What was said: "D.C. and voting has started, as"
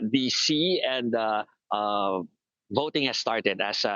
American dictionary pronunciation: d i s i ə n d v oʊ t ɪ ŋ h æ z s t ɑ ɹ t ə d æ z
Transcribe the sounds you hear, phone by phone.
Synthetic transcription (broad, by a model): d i s i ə n d v oʊ t ɪ ŋ h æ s s t ɑ ɹ t ə d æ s